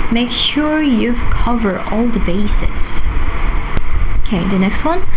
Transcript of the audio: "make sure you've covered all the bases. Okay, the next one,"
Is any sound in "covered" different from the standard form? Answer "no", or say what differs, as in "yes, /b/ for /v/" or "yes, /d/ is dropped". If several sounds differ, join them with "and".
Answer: yes, /d/ is dropped